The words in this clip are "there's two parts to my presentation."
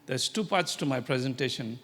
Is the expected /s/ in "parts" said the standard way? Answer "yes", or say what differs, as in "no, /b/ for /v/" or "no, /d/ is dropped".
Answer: yes